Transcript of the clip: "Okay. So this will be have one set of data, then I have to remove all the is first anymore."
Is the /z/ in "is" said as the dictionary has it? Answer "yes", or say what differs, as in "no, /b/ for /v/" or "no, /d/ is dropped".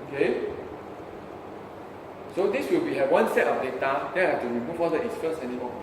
no, /s/ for /z/